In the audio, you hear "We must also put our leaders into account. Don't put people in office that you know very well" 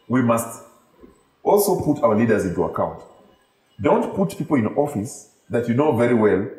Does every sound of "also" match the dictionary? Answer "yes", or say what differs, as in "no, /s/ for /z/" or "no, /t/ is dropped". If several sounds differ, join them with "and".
yes